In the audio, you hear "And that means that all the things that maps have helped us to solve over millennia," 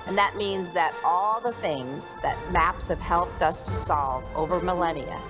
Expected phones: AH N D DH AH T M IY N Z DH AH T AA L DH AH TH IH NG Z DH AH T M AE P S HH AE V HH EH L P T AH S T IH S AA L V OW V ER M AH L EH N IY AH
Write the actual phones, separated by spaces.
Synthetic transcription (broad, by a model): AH N DH AH T M IY N Z DH AH T AA L DH AH TH IH NG Z DH AH T M AE P S HH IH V HH EH L P T AH S T IH S AA L V OW V ER M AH L EH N IY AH